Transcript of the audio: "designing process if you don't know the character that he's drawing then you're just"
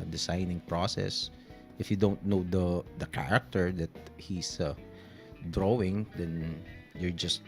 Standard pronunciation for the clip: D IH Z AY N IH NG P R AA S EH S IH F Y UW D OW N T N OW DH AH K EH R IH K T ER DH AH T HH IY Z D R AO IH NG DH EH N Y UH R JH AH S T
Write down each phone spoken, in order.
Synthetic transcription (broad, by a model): D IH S AY N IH NG P R AA S EH S IH F Y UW D OW N T N OW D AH K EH R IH K T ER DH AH T HH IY S D R AO IH NG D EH N Y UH R JH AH S T